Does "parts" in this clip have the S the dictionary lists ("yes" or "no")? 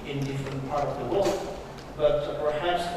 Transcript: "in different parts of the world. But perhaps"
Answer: no